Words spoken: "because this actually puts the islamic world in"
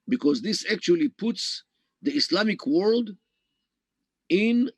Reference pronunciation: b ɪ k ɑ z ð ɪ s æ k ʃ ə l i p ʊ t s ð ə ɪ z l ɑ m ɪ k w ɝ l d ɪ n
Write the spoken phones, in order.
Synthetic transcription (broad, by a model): b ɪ k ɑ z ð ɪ s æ k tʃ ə l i p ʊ t s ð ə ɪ s l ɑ m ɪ k w ɝ l d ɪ n